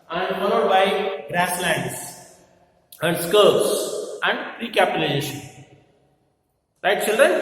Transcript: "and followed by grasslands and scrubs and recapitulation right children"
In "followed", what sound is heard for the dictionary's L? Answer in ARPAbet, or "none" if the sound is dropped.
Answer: N